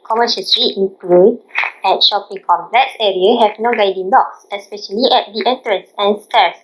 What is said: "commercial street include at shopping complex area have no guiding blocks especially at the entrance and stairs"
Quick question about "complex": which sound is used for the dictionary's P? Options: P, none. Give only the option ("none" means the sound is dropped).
none